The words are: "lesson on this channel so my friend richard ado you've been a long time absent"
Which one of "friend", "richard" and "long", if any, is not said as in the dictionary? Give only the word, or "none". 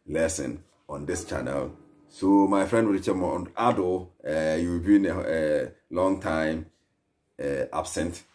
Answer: richard